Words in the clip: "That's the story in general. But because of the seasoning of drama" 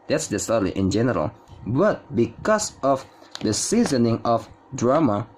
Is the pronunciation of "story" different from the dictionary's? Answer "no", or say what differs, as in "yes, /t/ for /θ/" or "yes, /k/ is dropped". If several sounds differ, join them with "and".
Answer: yes, /l/ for /ɹ/